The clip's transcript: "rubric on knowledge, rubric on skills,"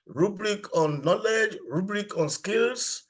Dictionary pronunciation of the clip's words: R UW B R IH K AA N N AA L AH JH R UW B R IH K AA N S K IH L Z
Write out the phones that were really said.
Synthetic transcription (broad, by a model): R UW B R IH K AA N N AA L AH JH R UW B R IH K AA N S K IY L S